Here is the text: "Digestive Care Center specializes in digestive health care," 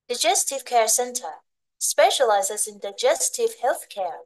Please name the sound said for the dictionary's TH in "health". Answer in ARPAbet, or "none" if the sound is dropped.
TH